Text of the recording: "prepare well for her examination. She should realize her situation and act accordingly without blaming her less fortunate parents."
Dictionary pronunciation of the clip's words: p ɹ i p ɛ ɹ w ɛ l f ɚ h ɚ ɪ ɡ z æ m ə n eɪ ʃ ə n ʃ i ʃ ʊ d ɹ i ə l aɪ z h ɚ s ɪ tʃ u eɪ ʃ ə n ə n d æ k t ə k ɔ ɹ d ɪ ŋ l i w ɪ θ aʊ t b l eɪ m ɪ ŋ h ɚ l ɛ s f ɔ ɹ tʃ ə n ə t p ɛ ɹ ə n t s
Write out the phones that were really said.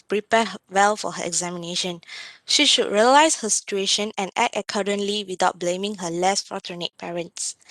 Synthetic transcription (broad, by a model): p ɹ i p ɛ w ɛ l f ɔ h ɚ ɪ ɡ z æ m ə n eɪ ʃ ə n ʃ i ʃ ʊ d ɹ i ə l aɪ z h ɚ s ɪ tʃ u eɪ ʃ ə n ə n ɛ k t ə k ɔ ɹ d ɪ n l i w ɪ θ aʊ t b l eɪ m ɪ ŋ h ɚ l ɛ s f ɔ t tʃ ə n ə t p ɛ ɹ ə n t s